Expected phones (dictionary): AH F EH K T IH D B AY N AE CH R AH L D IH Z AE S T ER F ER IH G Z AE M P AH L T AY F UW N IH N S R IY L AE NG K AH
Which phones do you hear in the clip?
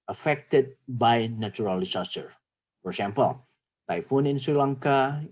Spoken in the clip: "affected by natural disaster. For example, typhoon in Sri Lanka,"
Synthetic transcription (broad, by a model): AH F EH K T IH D B AY N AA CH R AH L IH S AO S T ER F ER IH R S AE M P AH L T AY F UW N IH N S R IY L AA NG K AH